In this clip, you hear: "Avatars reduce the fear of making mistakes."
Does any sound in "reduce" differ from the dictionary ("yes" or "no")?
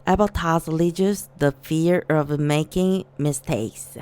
yes